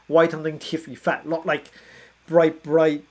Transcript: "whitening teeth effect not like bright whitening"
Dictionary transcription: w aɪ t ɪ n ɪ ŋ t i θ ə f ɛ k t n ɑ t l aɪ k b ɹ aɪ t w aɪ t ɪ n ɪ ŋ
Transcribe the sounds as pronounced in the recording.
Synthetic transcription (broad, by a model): w aɪ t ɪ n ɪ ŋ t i f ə f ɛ t l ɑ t l aɪ k b ɹ aɪ t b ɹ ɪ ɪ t